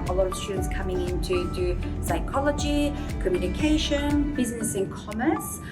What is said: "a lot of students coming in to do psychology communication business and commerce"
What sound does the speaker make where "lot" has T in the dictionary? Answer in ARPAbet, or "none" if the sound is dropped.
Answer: none